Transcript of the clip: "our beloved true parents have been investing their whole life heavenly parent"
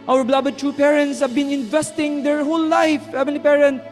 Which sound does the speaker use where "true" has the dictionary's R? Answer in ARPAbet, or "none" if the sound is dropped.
none